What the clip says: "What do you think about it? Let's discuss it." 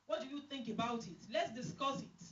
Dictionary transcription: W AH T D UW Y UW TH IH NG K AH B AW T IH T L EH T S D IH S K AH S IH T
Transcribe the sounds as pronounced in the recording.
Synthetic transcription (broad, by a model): W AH T D UW Y UW TH IH NG K AH B AW T IH T L EH T S D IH S K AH S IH T